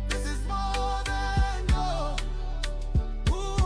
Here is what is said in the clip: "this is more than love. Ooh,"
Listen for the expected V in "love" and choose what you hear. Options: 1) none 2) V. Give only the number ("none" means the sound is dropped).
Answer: 1